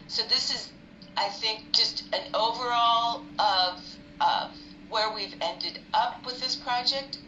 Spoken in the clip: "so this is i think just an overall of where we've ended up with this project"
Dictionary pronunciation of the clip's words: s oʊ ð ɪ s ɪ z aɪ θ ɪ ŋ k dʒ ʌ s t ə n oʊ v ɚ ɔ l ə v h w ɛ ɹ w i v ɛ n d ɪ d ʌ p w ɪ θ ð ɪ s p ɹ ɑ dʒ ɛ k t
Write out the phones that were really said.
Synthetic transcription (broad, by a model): s oʊ ð ɪ s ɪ z aɪ θ ɪ ŋ k dʒ ʌ s t ə n oʊ v ɚ ɔ l ə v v w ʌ ɹ w i v ɛ n d ɪ d ʌ p w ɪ ð ɪ s p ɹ ɑ dʒ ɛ k t